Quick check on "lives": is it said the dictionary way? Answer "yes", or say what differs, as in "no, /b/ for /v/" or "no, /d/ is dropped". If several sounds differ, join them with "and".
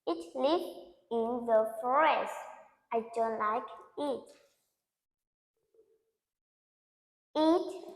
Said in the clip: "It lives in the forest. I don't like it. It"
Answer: no, /z/ is dropped